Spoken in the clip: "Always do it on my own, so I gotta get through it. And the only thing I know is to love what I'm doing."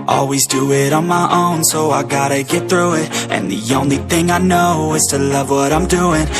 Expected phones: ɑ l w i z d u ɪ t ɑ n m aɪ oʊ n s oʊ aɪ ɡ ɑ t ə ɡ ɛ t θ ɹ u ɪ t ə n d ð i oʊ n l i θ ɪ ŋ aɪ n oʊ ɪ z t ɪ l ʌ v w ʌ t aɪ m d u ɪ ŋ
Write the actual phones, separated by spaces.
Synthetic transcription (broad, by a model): ɑ l w i z d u ɪ t n m aɪ oʊ n s oʊ aɪ ɡ ɑ t ə ɡ ɛ t θ ɹ u ɪ t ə n ð i oʊ n l i θ ɪ ŋ aɪ n oʊ ɪ z t ɪ l ʌ v w ʌ t aɪ m d u ɪ ŋ